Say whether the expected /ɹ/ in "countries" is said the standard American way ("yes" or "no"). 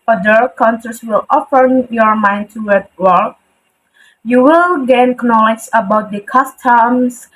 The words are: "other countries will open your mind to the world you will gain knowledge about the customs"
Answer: no